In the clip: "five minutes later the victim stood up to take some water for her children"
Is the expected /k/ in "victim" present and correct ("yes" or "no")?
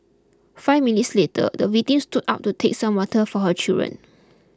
no